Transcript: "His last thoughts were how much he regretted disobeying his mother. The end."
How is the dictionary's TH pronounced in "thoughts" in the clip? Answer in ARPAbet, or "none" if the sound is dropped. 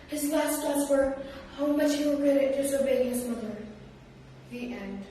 T